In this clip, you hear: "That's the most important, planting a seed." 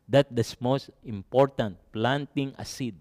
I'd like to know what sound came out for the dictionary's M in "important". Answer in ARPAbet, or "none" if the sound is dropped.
M